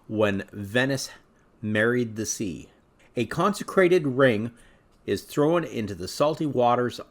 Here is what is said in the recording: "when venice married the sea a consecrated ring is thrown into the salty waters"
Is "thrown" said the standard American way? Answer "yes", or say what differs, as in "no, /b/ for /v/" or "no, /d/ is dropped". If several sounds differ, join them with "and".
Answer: yes